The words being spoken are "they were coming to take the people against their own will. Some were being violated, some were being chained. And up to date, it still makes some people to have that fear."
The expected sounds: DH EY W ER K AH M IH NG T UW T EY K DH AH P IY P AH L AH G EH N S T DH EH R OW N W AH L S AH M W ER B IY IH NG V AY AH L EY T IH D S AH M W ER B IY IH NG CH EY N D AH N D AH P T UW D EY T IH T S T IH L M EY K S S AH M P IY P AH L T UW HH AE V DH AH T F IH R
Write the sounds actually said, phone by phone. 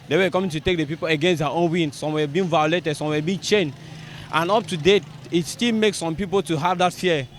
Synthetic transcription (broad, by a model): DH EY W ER K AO M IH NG T UW T EY K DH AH P IY P AH L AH G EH N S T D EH OW N W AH N S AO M W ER B IY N V AY AH L EY T IH D S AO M W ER B IY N CH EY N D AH N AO P T UW D EY T IH T S T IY L M EY K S S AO M P IY P AH L T UW HH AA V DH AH T F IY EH